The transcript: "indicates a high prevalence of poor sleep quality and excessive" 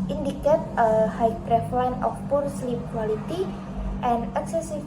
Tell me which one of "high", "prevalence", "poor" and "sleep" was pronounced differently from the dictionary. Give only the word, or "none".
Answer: prevalence